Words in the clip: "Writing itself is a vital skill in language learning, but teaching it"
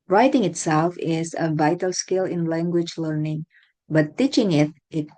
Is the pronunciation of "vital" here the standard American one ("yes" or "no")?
yes